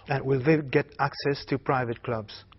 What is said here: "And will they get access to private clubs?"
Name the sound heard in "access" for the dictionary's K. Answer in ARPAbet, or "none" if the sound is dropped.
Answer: K